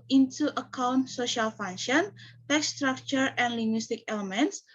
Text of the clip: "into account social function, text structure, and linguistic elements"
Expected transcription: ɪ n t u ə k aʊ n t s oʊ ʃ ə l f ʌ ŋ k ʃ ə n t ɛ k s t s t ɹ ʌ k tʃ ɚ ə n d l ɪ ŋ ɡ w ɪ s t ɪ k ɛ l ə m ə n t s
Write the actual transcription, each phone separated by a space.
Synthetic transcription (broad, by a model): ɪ n t u ə k aʊ n t s oʊ ʃ ə l f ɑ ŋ ʃ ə n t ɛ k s s t ɹ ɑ k tʃ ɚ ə n l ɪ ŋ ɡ w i s t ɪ k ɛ l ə m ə n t s